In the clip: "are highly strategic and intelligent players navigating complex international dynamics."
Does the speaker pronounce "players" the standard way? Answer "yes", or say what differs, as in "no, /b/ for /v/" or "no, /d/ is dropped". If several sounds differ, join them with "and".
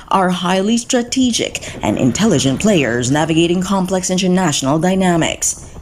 yes